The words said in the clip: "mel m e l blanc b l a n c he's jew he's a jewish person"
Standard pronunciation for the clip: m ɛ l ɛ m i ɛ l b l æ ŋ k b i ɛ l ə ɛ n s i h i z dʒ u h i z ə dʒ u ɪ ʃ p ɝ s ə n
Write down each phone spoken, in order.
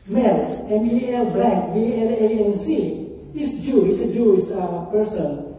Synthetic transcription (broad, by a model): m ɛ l ɛ m i ɛ l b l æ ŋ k b i ɛ l ə ɛ n s i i s dʒ u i s ə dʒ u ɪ s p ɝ s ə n